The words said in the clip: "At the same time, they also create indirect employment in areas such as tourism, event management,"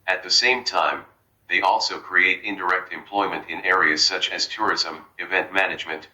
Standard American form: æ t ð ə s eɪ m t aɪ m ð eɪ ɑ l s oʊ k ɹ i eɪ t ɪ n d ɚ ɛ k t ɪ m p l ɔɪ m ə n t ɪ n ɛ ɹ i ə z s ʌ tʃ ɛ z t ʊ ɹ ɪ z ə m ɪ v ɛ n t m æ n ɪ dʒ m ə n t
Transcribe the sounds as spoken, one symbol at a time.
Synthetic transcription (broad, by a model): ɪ t ð ə s eɪ m t aɪ m ð eɪ ɑ l s oʊ k ɹ i eɪ t ɪ n d ɚ ɛ k t ɪ m p l ɔɪ m ə n t ɪ n ɛ ɹ i ə z s ʌ tʃ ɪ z t ʊ ɹ ɪ z ə m ɪ v ɛ n t m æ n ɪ dʒ m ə n t